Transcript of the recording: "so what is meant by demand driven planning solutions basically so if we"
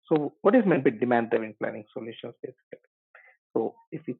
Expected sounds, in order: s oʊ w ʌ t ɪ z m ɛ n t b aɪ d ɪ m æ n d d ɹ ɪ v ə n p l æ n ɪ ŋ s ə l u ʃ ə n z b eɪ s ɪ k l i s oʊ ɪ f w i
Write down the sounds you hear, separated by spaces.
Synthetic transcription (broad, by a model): s oʊ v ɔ t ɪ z m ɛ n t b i d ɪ m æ n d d ɔ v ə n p l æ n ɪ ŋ s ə l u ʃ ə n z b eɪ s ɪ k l s oʊ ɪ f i